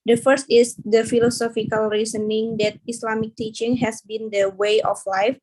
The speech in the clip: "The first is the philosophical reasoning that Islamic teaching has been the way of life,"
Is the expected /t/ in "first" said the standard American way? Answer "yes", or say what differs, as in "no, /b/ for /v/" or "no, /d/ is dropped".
yes